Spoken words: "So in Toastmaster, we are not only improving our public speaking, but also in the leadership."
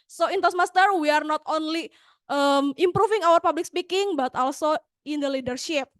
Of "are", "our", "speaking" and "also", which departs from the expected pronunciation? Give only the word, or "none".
none